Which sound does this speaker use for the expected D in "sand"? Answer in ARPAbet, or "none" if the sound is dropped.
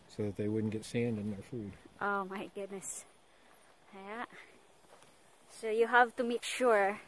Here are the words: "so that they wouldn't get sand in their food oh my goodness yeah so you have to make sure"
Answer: D